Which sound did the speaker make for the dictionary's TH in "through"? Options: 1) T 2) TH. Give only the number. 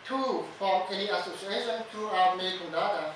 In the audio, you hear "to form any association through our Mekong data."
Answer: 1